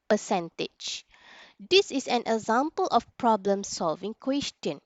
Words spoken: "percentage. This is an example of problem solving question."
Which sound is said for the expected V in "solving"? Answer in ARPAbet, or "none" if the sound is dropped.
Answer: V